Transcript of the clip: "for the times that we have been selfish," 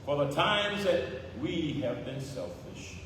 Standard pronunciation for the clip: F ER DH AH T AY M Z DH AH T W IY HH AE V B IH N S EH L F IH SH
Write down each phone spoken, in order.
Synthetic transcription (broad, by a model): F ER DH AH T AY M Z DH AH T W IY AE V B IH N S EH L F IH SH